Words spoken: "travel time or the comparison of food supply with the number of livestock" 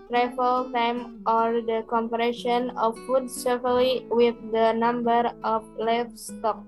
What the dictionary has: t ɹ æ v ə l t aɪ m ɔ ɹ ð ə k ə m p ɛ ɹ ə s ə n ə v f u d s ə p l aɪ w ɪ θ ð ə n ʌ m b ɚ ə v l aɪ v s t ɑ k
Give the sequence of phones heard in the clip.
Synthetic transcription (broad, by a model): t ɹ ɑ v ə l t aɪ m ɔ ɹ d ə k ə m p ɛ ɹ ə ʃ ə n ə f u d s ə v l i w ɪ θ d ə n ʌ m b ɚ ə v l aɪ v s t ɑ k